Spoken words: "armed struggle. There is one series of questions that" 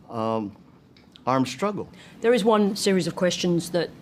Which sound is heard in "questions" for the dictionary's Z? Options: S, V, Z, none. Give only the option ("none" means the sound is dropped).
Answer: Z